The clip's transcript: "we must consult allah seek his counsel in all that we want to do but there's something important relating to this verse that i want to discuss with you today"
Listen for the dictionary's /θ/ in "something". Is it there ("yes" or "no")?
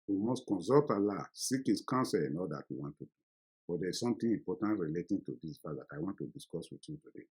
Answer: no